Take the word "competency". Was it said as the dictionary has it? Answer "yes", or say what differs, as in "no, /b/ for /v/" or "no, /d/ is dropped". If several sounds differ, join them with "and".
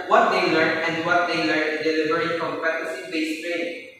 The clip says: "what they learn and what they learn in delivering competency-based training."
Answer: no, /n/ is dropped